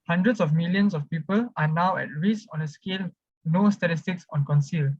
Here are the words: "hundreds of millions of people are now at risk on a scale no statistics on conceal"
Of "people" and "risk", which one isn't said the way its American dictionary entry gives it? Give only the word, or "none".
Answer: risk